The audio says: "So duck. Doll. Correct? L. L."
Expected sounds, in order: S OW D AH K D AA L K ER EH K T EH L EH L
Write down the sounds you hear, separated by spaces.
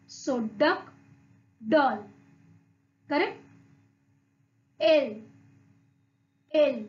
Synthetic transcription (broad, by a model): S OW D AH K D AA L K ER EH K EH L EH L